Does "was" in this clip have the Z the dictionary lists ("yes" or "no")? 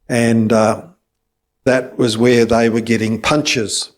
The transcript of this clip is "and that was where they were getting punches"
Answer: yes